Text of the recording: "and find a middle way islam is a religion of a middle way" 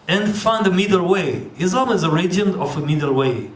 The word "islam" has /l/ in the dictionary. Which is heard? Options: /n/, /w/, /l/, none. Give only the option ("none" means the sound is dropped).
none